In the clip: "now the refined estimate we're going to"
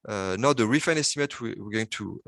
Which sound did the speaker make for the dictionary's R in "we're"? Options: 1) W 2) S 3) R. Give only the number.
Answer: 1